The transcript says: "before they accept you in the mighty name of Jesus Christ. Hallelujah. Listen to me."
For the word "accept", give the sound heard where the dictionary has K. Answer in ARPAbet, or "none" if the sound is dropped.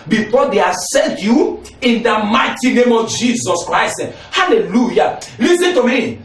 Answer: none